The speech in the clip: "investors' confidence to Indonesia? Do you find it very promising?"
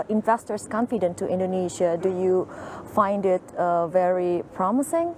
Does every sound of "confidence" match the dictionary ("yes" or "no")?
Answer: no